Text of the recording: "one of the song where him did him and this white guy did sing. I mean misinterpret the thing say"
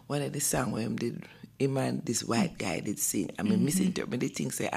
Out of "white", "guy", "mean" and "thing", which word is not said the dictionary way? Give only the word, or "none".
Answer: thing